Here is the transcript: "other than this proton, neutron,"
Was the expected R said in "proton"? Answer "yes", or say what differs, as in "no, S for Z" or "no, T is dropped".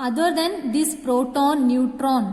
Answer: yes